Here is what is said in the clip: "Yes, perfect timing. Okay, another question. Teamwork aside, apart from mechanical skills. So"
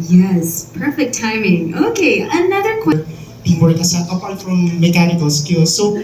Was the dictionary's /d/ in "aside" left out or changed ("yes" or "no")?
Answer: yes